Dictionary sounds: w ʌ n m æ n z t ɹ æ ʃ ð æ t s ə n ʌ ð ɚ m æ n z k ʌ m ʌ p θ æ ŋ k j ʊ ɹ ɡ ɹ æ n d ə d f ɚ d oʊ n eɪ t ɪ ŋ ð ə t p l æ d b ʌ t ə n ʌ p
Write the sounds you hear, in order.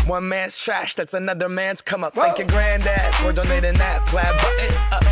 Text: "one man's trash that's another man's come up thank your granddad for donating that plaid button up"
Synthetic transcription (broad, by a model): w ʌ n m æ n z t ɹ æ ʃ ð æ t s ə n ʌ ð ɚ m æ n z k ʌ m ʌ p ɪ k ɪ ɡ ɹ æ n d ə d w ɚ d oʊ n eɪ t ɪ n ð ə t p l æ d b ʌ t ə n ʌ